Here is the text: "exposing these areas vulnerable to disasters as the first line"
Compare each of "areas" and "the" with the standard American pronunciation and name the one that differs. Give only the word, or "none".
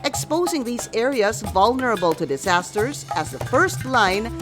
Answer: none